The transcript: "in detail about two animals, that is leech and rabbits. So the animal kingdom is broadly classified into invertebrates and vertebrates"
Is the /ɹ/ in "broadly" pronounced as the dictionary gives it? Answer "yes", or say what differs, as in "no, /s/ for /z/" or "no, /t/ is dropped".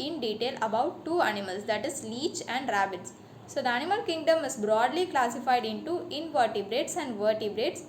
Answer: yes